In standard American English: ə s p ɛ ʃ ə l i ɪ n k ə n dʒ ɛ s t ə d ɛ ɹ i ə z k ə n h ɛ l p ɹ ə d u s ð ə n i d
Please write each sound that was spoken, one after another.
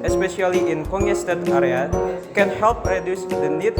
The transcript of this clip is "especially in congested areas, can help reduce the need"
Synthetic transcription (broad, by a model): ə s p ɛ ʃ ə l i ɪ n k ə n ɛ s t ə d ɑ ɹ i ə k ə n h ɛ l p ɹ ə d u s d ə n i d